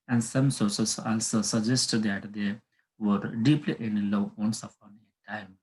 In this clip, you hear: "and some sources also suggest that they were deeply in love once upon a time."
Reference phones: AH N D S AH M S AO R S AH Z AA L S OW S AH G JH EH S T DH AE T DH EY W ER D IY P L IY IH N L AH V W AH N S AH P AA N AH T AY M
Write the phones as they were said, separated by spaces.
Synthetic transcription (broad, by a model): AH N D S AH M S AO R S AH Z AA L S OW S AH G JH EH S T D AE T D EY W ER D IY P L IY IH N L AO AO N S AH F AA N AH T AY M